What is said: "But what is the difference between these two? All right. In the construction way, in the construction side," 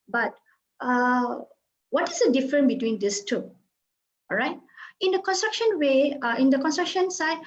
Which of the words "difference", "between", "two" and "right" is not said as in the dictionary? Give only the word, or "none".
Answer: difference